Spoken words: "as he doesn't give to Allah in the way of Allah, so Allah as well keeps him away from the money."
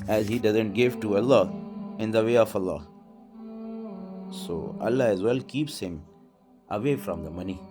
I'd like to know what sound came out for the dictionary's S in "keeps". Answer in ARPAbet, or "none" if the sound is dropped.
S